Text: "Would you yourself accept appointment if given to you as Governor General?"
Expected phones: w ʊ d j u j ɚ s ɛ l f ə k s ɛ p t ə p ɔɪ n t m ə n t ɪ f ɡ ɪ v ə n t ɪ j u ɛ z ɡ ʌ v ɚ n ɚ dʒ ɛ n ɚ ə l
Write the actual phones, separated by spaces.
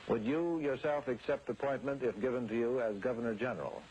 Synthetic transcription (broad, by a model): w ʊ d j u j ɚ s ɛ l f ə k s ɛ p t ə p ɔɪ n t m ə n t ɪ f ɡ ɪ v ə n t ɪ j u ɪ z ɡ ʌ v ɚ n ɚ dʒ ɛ n ɚ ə l